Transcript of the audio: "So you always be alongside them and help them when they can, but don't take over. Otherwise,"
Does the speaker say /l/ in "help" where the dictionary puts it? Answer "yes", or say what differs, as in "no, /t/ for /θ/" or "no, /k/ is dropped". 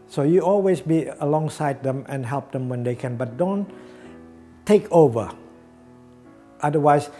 yes